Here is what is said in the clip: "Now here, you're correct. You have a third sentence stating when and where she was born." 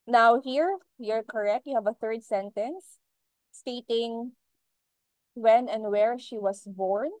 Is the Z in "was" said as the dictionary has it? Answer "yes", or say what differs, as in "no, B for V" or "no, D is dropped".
no, S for Z